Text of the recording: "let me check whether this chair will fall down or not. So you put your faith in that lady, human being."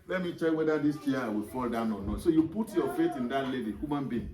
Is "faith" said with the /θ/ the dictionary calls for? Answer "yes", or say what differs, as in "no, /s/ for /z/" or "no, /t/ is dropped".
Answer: no, /t/ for /θ/